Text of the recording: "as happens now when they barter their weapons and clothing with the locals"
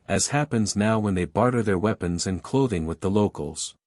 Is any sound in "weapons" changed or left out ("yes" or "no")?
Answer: no